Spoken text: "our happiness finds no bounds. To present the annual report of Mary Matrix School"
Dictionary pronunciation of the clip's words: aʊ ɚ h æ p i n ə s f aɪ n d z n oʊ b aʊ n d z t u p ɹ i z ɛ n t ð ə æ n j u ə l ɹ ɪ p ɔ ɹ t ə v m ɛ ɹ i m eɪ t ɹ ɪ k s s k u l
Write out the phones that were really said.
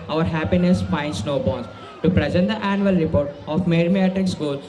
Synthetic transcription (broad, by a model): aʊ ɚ h æ p i n ə s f aɪ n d s n oʊ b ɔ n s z t u p ɹ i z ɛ n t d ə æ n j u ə l ɹ ɪ p ɔ ɹ t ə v m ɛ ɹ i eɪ t ɪ k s s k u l